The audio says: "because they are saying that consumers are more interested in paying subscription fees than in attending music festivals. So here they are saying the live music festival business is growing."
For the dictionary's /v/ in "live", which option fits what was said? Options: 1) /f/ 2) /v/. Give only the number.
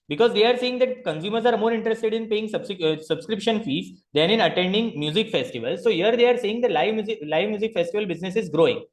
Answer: 2